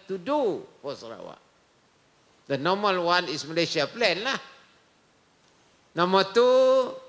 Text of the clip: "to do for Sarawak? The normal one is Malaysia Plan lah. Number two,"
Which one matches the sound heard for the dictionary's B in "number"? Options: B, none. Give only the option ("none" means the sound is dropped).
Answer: none